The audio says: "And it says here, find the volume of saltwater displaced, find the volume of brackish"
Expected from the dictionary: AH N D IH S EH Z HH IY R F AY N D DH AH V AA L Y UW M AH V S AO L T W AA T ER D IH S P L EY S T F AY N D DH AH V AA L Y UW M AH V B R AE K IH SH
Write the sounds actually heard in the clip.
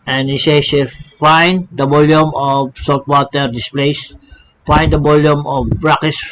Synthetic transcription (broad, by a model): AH N IH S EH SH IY L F AY N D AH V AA L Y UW M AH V S AO L T W AA T ER D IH S P L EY S F AY N D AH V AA L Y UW M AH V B R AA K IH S